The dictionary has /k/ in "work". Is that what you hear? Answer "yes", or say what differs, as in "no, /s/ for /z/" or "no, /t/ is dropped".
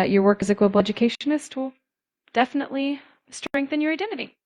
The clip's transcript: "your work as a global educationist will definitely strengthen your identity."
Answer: yes